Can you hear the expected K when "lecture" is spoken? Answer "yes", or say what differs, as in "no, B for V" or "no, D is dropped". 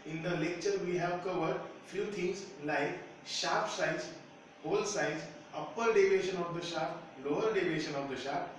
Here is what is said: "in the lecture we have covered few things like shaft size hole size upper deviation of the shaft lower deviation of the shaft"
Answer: yes